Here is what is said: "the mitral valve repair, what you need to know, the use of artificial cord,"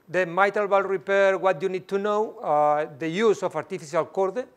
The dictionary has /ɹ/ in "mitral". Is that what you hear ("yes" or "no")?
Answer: no